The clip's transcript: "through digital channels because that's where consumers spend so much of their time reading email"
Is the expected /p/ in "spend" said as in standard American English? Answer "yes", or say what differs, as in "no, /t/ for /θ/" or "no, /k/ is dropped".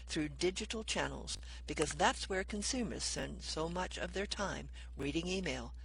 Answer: no, /p/ is dropped